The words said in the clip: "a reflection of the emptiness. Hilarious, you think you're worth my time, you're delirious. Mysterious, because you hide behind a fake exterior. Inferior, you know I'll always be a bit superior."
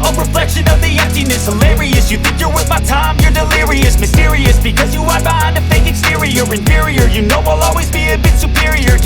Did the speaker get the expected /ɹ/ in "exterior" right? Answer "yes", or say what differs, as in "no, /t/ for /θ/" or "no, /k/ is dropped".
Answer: yes